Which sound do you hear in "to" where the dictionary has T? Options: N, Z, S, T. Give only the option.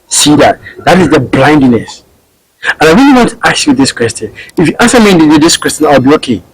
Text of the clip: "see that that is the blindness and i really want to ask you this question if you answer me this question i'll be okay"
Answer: T